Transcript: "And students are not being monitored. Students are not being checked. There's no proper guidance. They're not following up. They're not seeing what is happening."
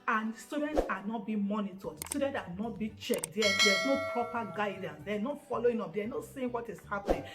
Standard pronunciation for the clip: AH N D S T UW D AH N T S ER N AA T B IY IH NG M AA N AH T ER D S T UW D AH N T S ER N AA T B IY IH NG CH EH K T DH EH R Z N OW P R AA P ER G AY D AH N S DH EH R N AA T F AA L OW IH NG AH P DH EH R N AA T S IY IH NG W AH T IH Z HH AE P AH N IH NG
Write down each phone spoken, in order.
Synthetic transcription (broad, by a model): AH N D S T UW D AH N T S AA N AA T B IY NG M AA N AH T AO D S T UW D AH N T AA N AA T B IY CH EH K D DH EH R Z N OW P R AA P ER G AY D AH N S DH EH N AA T F AA L OW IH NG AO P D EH N AA T S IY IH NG W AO T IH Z HH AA P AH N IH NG